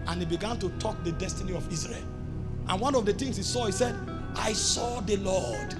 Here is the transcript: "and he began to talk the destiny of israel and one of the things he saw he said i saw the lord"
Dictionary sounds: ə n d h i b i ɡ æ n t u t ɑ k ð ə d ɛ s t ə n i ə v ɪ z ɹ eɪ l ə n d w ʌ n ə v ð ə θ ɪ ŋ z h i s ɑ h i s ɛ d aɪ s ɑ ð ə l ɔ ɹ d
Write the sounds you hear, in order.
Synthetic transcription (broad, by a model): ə n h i b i ɡ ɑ n t u t ɑ k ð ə d ɛ s t ə n i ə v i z ɹ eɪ l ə n w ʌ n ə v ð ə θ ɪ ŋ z h i s ɑ h i s ɛ d aɪ s ɑ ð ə l ɔ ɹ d